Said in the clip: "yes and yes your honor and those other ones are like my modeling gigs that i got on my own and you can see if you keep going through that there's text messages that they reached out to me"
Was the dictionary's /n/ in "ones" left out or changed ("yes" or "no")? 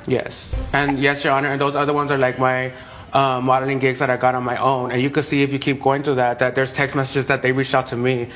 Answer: no